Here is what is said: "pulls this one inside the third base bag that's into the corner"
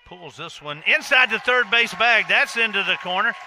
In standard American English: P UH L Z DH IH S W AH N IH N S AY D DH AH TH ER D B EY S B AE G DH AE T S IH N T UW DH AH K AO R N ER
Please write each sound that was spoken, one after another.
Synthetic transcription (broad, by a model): P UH L Z DH IH S W AH N IH N S AY D DH AH TH ER D B EY S B AE G DH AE T S IH N T UW DH AH K AO R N ER